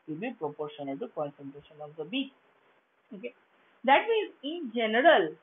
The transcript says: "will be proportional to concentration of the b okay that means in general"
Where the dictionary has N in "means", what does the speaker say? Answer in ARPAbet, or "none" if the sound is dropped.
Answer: none